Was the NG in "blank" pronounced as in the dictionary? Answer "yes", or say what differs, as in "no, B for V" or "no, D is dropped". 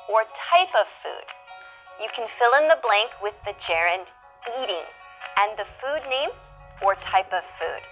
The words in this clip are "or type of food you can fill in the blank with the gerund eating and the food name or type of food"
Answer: yes